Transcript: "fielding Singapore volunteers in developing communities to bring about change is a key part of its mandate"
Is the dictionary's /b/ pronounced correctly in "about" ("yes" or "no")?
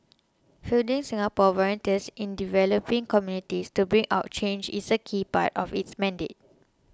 no